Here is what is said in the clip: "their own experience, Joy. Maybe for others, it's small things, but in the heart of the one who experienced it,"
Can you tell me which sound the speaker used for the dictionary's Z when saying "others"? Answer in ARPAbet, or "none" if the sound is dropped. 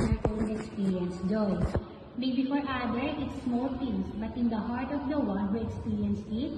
none